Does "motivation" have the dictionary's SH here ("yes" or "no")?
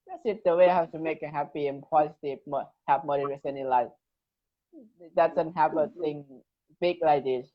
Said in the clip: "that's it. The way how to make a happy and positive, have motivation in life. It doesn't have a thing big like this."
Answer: no